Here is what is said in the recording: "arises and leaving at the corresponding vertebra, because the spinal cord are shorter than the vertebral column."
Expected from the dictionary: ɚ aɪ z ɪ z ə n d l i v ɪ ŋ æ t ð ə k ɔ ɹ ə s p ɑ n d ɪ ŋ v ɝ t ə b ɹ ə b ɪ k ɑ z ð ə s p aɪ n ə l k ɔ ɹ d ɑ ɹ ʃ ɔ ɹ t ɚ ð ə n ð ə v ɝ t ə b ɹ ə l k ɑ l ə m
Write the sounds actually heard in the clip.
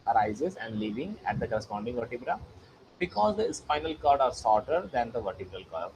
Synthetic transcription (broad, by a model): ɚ aɪ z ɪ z ə n d l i v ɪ ŋ æ t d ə k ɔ ɹ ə s p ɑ n d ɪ ŋ v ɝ t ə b ɹ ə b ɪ k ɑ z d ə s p aɪ n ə l k ɔ ɹ d ɑ ɹ s ɔ ɹ t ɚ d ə n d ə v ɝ t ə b ɹ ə l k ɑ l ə